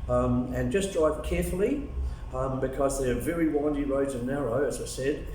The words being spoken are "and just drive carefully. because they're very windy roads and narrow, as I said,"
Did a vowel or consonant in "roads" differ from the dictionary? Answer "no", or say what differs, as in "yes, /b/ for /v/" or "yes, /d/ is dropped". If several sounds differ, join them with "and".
no